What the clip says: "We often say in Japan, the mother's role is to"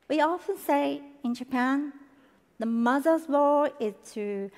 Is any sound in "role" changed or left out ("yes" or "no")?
yes